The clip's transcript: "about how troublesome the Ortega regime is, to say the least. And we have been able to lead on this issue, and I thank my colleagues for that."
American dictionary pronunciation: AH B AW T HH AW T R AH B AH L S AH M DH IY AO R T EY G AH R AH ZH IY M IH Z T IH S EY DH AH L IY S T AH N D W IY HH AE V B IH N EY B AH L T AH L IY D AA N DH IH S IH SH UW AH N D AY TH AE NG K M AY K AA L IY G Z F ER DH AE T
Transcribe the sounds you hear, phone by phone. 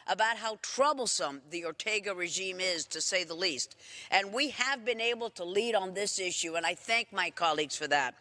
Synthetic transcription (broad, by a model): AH B AW T HH AW T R AH B L S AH M DH IY AO R T EY G AH R AH ZH IY M IH Z T IH S EY DH AH L IY S T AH N W IY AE V B IH N EY B L T AH L IY D N DH IH S IH SH UW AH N AY TH AE NG K M AY K AA L IY G Z F ER DH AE T